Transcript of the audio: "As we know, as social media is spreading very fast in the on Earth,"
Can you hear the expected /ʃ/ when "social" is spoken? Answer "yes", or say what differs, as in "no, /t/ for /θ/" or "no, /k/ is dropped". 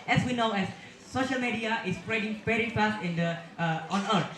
yes